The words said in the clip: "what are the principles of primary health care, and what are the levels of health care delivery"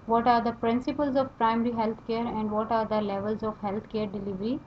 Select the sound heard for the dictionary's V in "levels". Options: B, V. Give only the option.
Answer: V